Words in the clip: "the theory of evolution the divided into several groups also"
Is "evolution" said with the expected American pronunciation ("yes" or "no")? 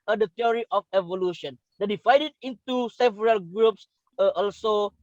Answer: yes